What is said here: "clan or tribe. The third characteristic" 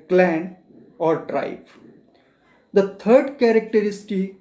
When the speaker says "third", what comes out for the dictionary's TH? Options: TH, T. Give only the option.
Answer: T